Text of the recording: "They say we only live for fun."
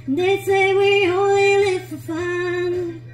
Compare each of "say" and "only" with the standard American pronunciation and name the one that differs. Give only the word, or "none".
only